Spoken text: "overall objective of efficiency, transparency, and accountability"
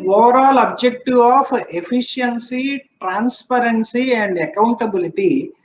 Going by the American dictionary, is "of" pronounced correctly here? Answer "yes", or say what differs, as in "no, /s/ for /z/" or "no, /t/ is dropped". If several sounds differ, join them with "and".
no, /p/ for /v/